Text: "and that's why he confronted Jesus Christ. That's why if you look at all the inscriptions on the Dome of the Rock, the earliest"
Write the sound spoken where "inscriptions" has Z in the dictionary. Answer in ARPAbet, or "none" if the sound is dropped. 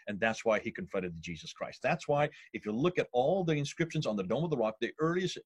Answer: Z